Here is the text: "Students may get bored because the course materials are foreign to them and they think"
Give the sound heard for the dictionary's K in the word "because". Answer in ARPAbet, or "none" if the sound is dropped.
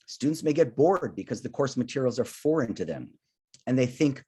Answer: K